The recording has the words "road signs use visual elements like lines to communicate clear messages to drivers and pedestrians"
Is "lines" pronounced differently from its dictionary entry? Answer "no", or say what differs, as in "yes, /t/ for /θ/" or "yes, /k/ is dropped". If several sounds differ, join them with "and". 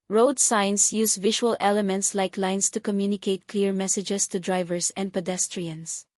yes, /s/ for /z/